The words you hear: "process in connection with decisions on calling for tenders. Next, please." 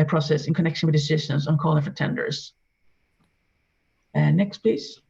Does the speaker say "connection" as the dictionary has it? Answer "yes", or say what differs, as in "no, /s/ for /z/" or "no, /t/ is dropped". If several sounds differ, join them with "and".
yes